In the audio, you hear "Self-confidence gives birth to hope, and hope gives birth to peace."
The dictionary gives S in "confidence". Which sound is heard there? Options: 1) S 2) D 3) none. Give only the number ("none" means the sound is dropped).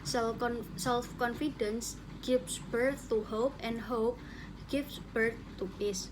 1